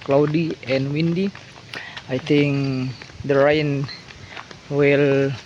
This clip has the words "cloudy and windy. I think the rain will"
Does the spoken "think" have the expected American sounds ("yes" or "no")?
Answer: no